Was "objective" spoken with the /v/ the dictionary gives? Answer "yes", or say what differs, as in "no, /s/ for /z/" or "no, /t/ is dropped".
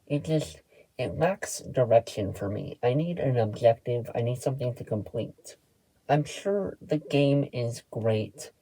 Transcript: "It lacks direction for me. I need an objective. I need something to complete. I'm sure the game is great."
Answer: yes